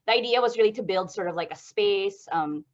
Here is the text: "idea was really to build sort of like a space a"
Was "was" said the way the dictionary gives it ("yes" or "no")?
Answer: yes